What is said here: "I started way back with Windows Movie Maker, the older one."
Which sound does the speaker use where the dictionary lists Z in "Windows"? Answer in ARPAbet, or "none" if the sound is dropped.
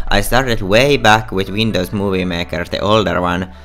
S